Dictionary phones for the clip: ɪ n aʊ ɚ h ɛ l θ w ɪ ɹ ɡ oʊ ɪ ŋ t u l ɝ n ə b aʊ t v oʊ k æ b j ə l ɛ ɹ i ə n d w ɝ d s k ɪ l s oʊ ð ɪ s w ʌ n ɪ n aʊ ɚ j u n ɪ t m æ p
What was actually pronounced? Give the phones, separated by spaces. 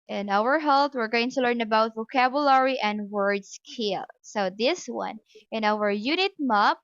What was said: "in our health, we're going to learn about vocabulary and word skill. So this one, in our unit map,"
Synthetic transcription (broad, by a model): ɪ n aʊ ɚ h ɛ l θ w ɪ ɹ ɡ oʊ ɪ ŋ t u l ɝ n ə b aʊ t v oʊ k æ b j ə l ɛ ɹ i ə n d w ɝ d s k ɪ l s oʊ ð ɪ s w ʌ n ɪ n aʊ ɚ j u n ɪ t m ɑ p